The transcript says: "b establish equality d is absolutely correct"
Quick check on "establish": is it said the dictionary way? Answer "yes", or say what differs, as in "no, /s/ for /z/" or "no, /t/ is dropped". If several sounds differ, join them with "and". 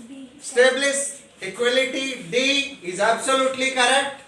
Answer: no, /s/ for /ʃ/